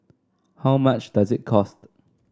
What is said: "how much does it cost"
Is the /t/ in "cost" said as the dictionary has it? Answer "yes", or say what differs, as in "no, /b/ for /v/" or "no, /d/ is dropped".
yes